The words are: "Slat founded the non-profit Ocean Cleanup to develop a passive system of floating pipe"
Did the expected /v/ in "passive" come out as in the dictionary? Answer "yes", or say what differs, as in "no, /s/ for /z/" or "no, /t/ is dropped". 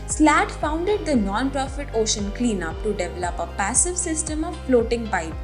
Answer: yes